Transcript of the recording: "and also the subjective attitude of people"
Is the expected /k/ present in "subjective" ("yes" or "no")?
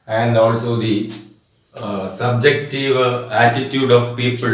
yes